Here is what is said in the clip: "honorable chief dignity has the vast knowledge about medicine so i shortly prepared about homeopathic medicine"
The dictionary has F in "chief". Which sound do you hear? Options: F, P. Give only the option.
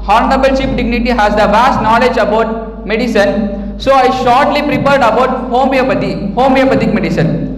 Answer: P